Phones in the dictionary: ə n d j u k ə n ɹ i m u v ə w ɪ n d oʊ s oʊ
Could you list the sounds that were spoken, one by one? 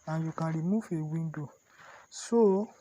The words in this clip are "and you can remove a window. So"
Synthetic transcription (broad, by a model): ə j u k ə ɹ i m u f ə w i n d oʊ s oʊ